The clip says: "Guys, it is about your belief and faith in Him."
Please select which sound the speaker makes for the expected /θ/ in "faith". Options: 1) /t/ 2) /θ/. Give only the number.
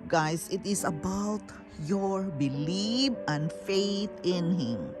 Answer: 1